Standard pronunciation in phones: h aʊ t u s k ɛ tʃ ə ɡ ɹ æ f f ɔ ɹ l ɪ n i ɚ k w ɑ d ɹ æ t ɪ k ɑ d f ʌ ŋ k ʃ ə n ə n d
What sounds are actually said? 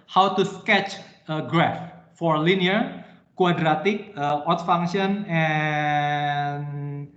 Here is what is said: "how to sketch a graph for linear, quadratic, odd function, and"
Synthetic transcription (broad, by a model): h aʊ t u s k ɛ tʃ ə ɡ ɹ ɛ f f ɔ ɹ l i n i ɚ k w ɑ d ɹ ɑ t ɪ k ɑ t f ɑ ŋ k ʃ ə n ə n